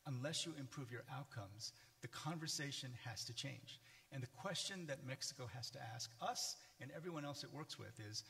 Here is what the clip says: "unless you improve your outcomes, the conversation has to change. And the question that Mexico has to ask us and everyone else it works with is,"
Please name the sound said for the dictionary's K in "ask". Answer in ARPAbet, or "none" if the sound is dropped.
K